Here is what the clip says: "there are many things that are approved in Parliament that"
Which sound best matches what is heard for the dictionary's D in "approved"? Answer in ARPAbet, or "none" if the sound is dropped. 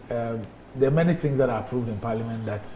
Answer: D